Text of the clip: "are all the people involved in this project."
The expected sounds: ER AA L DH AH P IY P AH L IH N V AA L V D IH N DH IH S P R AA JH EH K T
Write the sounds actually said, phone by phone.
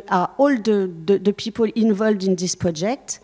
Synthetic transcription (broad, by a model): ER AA L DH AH P IY P AH L IH N V AA L V D IH N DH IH S P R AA JH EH K T